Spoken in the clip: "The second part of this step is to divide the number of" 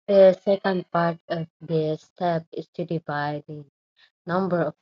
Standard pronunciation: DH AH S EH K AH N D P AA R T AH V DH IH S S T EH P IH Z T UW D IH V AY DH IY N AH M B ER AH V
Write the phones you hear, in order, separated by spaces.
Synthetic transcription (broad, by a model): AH S EH K AH N D P AA R T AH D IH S S T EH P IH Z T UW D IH B AY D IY N AH M B ER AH